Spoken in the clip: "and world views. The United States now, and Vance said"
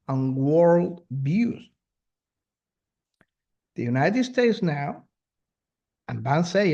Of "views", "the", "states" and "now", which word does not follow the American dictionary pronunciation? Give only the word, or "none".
views